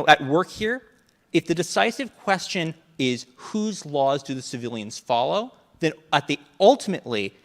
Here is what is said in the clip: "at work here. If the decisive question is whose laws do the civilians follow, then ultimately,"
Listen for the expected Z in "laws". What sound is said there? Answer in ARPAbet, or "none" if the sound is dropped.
Z